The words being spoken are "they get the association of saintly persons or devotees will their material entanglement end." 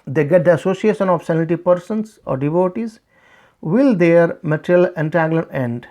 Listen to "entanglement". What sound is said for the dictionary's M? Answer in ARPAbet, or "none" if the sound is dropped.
none